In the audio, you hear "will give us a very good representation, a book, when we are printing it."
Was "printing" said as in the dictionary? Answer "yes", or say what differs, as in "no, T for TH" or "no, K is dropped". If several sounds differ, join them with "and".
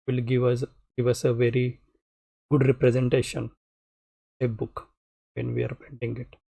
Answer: no, R is dropped